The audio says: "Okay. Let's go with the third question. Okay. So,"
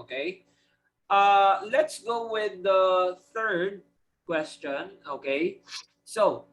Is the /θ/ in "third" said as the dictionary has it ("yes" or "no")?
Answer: yes